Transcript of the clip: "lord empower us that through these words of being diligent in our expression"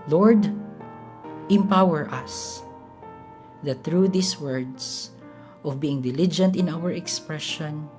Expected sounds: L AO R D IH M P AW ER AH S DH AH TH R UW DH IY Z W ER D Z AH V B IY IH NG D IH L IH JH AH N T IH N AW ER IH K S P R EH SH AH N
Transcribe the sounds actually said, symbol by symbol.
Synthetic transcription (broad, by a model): L AO R D IH M P AW ER AH S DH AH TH R UW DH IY S W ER D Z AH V B IY IH NG D IH L IH JH AH N T IH N AW ER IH K S P R EH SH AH N